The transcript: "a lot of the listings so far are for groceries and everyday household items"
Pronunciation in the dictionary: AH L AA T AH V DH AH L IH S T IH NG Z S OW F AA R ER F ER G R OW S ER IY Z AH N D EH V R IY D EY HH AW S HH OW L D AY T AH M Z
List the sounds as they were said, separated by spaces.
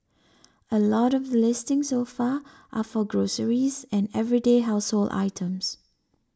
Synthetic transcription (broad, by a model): AH L AA T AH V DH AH L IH S T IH NG S OW F AA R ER F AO G R OW S ER IY Z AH N EH V R IY D EY HH AW S HH OW L D AY T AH M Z